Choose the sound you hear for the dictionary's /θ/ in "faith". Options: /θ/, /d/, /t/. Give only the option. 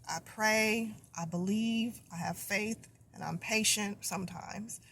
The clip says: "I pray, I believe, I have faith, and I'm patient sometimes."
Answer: /θ/